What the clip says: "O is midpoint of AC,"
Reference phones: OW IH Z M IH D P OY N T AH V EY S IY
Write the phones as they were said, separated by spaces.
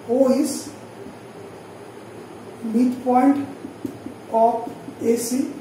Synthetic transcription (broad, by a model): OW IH S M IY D P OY N T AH P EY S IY